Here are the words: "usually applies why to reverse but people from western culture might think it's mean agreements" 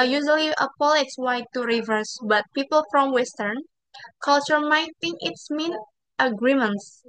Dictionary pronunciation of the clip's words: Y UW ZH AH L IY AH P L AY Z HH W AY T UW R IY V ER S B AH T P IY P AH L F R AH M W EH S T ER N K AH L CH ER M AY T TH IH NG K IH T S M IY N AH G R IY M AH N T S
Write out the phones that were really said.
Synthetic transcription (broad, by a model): Y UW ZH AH L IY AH P L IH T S W AY T UW R IY V ER S B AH T P IY P AH L F R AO M W EH S T ER N K AH L CH ER M AY T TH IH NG K IH T S M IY N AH G R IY M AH N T S